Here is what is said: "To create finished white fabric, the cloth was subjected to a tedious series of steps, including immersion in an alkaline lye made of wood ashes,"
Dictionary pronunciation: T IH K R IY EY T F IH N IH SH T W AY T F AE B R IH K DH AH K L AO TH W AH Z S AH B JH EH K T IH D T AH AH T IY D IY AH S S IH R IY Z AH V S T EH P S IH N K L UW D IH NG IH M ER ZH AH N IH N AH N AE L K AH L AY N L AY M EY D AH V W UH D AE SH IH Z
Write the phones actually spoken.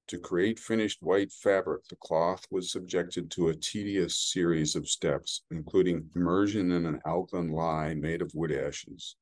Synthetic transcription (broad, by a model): T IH K R IY EY T F IH N IH SH T W AY T F AE B R IH K DH AH K L AO TH W AH Z S AH B JH EH K T IH D T AH AH T IY D IY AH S S IH R IY Z AH V S T EH P S IH N K L UW D IH NG IH M ER ZH AH N IH N AH N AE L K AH N L AY M EY D AH V W UH D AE SH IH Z